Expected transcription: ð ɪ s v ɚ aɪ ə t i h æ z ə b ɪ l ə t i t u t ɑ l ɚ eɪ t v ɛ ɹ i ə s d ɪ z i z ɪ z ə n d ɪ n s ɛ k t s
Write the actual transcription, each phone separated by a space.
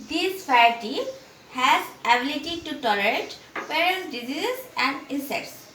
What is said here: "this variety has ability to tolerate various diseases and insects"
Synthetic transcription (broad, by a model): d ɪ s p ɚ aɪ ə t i h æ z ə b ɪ l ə t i t u t ɑ l ɚ eɪ t p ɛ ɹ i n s d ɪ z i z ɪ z ə n d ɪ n s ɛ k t s